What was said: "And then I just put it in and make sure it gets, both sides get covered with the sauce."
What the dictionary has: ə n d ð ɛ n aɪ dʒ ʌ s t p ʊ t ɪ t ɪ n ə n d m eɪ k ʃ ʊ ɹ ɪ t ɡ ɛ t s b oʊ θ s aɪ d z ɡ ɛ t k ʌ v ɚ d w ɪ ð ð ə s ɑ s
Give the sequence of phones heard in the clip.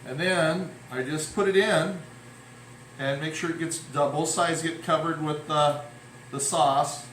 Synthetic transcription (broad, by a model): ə n ð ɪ n aɪ dʒ ʌ s p ʊ t ɪ t ɪ n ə n m eɪ k ʃ ʊ ɹ ɪ t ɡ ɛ t s b oʊ θ s aɪ d z ɡ ɛ t k ʌ v ɚ d w ɪ ð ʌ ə s ɑ s